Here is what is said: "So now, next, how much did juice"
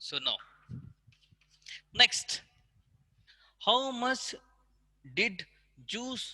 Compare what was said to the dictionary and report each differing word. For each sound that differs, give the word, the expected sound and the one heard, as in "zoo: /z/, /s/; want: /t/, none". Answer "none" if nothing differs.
much: /tʃ/, /s/